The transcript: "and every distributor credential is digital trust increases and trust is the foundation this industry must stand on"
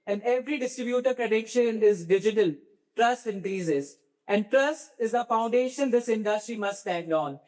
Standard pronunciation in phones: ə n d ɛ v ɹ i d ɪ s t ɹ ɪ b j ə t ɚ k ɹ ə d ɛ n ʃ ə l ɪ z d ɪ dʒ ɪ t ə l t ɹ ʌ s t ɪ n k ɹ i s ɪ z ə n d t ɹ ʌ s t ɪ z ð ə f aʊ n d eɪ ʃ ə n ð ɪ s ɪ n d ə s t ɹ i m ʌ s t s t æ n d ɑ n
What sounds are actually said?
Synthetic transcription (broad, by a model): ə n d ɛ v ɹ i d ɪ s t ɹ ɪ b j ə t ɚ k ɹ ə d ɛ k ʃ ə n ɪ z d ɪ dʒ ɪ t ə l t ɹ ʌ s ɪ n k ɹ i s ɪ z ə n d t ɹ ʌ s ɪ z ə f aʊ n d eɪ ʃ ə n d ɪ s ɪ n d ə s t ɹ i m ʌ s t s t æ n d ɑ n